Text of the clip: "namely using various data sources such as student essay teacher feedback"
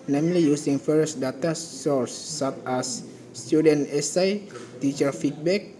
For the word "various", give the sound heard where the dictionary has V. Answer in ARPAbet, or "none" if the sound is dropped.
F